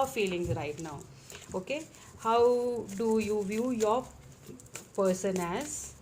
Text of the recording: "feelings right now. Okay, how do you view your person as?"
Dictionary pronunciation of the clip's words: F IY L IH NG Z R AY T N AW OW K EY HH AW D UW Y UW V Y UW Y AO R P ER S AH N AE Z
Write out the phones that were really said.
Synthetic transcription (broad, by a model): F IY L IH NG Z R AY T N AW OW K EY HH AW D UW Y UW V Y UW Y AO R P ER S AH N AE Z